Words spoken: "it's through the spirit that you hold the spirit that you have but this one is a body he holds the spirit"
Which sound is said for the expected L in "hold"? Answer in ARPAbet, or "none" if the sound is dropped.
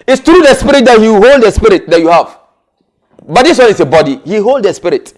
L